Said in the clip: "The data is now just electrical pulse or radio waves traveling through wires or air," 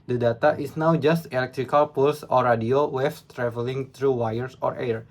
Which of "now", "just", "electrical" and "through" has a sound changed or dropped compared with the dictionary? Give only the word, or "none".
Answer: through